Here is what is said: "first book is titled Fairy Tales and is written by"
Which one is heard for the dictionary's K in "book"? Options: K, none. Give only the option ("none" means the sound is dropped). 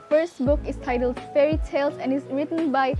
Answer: K